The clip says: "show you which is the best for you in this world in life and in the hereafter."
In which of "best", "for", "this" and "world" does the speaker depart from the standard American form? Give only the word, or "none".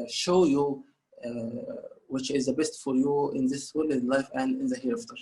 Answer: world